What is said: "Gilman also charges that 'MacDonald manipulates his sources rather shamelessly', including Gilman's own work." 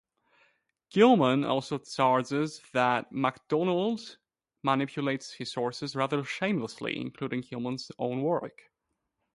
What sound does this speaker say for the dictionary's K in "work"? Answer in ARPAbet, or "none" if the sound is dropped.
K